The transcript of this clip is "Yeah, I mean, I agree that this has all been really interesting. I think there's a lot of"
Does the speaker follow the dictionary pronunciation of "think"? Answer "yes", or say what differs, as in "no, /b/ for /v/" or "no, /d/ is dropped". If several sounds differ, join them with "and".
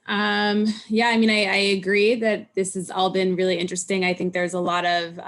yes